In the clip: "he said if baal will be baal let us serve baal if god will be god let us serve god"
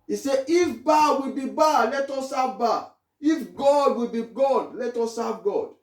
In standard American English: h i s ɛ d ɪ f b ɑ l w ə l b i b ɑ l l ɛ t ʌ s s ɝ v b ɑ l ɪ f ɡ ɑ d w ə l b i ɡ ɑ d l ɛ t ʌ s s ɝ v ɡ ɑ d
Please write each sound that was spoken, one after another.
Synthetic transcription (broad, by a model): i s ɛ ɪ f b ɑ w ə l b i b ɑ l l ɛ t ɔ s s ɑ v b ɑ ɪ f ɡ ɑ d w ə l b i ɡ ɑ d l ɛ t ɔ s s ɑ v ɡ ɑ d